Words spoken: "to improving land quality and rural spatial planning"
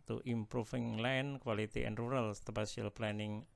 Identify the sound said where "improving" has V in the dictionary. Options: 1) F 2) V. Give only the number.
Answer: 1